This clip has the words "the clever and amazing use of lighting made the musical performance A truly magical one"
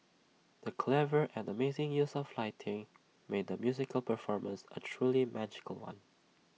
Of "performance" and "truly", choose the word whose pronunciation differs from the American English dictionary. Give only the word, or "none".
none